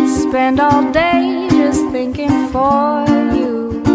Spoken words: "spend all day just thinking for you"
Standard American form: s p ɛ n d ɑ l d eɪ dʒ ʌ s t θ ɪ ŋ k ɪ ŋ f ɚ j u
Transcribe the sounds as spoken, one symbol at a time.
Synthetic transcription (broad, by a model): s p ɛ n d ɑ l d eɪ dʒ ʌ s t θ ɪ ŋ k ɪ ŋ f ɚ j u